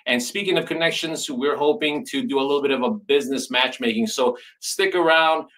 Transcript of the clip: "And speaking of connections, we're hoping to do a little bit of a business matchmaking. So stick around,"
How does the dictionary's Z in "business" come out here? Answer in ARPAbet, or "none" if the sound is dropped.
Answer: Z